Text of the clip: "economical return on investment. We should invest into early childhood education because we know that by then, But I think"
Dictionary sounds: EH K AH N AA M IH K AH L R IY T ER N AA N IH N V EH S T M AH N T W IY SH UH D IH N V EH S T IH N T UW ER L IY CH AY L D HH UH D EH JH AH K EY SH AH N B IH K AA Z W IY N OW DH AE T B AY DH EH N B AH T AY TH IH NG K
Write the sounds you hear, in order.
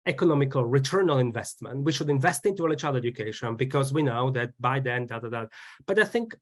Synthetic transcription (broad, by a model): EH K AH N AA M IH K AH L R IY T ER N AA L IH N V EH S T M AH N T W IY SH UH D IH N V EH S T IH N T UW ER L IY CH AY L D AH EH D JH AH K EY SH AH N B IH K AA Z W IY N OW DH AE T B AY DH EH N B AH T AY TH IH NG K